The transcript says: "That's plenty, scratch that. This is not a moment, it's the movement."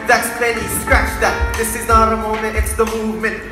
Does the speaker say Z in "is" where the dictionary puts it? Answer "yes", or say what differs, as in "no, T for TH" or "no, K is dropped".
yes